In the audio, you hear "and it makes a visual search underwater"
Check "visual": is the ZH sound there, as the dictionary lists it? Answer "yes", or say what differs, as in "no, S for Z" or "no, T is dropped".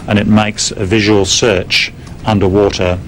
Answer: yes